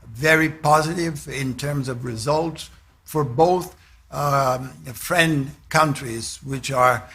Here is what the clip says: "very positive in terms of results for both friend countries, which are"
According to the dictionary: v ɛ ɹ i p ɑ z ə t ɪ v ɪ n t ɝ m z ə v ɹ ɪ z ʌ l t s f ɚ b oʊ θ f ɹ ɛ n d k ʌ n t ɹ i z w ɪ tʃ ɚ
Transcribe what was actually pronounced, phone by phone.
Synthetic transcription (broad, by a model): v ɛ ɹ i p ɑ z ə t ɪ v ɪ n t ɝ m z ə v ɹ ɪ z ʌ l t s f ɚ b oʊ θ f ɹ ɛ n d k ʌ n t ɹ i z w ɪ tʃ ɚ